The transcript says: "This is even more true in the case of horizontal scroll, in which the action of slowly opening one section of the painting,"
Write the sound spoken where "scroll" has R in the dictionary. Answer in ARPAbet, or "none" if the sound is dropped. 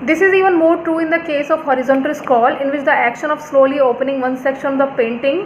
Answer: none